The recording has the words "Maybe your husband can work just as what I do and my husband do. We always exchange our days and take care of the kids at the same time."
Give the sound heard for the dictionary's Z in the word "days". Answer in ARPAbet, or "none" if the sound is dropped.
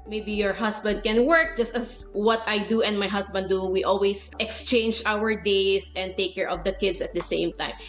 S